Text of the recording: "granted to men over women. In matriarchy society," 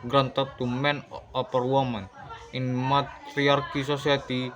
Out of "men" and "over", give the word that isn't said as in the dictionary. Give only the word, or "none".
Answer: over